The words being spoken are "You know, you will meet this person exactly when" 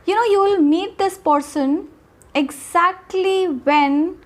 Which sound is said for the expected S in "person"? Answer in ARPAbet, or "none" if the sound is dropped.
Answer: S